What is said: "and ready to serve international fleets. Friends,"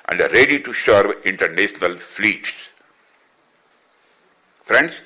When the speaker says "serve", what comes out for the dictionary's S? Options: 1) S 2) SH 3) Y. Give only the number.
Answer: 2